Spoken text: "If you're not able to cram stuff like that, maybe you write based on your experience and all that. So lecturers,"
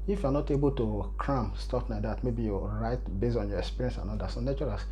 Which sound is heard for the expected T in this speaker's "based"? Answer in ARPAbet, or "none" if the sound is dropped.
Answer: none